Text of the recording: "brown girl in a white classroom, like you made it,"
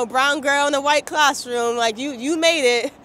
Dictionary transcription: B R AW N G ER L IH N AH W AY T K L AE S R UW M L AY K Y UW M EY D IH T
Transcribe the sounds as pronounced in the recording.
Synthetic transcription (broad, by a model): B R AW N G ER L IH N AH W AY T K L AE S R UW M L AY K Y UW M EY D IH T